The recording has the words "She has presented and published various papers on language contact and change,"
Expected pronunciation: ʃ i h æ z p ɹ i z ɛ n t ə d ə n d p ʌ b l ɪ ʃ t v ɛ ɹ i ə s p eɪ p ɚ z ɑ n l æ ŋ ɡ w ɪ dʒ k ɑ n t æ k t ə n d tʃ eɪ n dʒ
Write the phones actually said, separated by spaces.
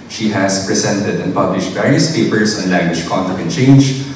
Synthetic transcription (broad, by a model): ʃ i h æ s p ɹ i s ɛ n t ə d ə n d p ʌ b l ɪ ʃ t v ɛ ɹ i ə s p eɪ p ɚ s ɑ n l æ ŋ ɡ w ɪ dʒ k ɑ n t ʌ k ə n tʃ eɪ n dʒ